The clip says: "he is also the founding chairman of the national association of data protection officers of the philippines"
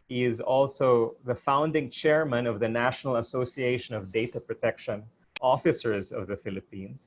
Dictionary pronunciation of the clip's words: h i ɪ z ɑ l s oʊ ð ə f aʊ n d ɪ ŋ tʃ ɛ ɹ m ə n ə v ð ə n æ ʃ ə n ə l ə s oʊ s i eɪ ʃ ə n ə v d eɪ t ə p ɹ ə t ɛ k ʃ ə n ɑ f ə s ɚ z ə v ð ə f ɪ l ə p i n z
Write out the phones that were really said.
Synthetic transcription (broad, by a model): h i ɪ z ɑ l s oʊ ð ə f aʊ n d ɪ ŋ tʃ ɛ ɹ m ə n ə v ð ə n æ ʃ ə n ə l ə s oʊ s i eɪ ʃ ə n ə v d eɪ t ə p ɹ ə t ɛ k ʃ ə n ɑ f ə s ɚ z ə v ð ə f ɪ l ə p i n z